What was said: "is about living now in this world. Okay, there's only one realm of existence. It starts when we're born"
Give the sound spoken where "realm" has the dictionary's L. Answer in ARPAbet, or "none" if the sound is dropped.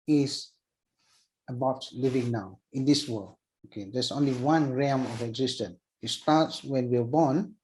none